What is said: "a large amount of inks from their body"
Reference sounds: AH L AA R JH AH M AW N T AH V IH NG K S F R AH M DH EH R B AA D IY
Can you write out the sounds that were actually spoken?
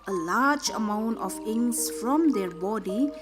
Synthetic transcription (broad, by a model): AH L AA JH AH M AW N T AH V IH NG S F R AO M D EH R B AA D IY